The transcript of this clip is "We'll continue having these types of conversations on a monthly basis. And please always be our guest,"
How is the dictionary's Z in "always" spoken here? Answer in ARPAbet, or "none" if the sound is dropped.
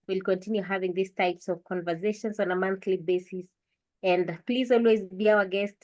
Z